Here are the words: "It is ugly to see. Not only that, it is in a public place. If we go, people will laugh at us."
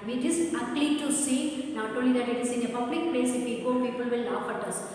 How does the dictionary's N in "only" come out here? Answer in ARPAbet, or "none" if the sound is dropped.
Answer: none